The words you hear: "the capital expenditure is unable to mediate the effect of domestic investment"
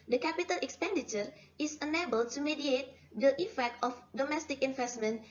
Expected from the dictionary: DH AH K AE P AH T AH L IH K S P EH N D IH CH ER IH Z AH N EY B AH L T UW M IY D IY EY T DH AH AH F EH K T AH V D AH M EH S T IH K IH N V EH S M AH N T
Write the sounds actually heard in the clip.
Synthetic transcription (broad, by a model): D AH K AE P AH T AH L IH K S P EH N D IH CH ER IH S AH N EY B AH L T UW M IY D IY EY T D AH AH F EH K T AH F D AH M EH S T IH K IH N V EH S M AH N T